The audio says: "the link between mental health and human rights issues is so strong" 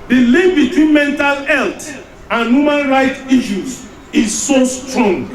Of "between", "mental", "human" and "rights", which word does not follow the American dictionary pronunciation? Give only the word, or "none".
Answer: rights